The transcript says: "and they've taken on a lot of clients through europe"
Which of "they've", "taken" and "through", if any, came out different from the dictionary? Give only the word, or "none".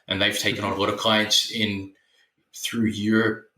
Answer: none